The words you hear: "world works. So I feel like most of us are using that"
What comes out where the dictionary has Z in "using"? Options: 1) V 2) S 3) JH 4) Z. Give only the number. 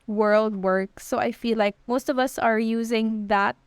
4